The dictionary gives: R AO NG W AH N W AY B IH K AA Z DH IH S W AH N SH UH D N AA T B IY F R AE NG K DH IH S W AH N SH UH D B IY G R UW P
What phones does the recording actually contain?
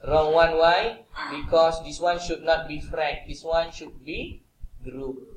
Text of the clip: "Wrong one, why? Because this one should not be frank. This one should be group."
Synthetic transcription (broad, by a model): R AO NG W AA N W AY B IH K AA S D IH S W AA N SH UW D N AA T B IY F R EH K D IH S W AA N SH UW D B IY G R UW